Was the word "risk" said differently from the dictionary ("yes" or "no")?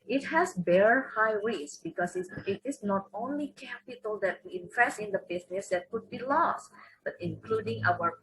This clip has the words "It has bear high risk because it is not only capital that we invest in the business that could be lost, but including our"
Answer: yes